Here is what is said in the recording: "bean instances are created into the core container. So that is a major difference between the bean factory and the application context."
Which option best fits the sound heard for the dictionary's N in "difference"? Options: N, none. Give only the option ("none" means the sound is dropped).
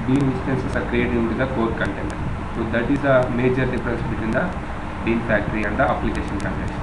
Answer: none